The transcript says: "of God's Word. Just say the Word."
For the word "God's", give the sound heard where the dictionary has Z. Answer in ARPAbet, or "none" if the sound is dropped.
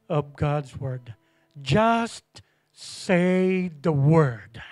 Z